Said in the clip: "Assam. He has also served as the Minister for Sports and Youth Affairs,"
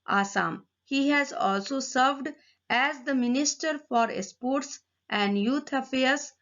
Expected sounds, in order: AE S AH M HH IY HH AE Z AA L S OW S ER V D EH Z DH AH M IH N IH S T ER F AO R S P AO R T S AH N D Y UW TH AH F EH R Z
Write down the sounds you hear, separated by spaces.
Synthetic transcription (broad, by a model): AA S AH M HH IY HH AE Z AA L S OW S ER V D EH Z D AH M IH N IH S T ER F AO R S P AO R T S AH N D Y UW T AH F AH R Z